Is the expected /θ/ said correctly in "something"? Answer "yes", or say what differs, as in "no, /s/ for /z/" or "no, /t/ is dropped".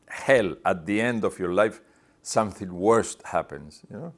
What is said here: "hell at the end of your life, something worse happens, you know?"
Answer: yes